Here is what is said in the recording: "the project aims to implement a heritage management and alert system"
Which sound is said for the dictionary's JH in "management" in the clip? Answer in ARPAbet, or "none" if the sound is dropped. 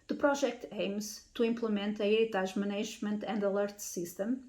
ZH